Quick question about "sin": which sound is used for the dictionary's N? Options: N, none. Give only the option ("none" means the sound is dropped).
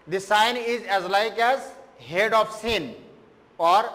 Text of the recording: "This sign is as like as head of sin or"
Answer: N